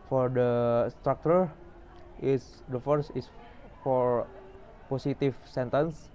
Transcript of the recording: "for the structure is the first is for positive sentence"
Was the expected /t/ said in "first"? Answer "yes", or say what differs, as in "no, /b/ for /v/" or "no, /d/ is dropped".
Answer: no, /t/ is dropped